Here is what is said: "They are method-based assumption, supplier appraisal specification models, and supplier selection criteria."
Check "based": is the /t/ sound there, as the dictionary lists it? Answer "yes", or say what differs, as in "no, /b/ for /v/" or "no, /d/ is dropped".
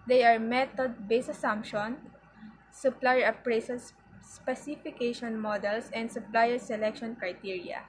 no, /t/ is dropped